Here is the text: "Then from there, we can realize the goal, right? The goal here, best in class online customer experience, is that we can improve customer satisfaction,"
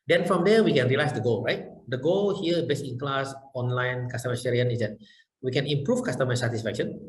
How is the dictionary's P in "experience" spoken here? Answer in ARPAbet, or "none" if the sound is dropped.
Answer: none